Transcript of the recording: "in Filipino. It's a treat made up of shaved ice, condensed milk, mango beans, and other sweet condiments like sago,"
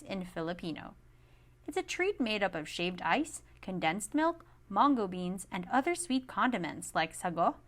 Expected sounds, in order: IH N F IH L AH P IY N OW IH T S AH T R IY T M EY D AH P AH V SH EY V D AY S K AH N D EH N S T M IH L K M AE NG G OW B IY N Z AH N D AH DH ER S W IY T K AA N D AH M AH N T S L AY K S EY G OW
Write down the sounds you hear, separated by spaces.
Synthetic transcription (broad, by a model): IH N F IH L AH P IY N OW IH T S AH T R IY T M EY D AH P AH V SH EY V D AY S K AH N D EH N S T M IH L K M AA NG G OW B IY N Z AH N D AH DH ER S W IY T K AA N D AH M AH N T S L AY K S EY G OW